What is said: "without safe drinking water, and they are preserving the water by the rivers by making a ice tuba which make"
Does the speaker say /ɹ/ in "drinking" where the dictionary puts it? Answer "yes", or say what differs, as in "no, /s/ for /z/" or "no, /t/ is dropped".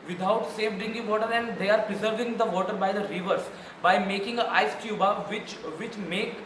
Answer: no, /ɹ/ is dropped